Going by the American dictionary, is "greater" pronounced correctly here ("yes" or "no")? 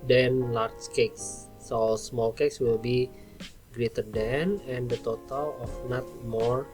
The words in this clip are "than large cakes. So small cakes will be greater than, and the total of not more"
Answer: yes